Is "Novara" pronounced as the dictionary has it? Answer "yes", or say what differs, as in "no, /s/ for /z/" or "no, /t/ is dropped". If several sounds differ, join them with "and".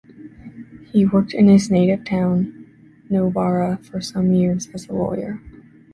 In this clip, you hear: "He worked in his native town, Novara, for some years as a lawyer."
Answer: no, /b/ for /v/